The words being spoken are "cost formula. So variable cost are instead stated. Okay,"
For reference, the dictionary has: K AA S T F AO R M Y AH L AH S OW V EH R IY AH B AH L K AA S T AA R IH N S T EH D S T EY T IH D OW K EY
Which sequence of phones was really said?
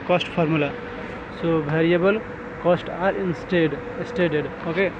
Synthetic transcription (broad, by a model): K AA S T P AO R M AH L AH S OW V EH R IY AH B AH L K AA S T AA R IH N S T EH D S T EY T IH D OW K EY